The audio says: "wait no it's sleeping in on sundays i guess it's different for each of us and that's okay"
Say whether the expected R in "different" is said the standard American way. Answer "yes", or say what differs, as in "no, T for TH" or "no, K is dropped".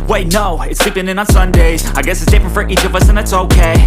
no, R is dropped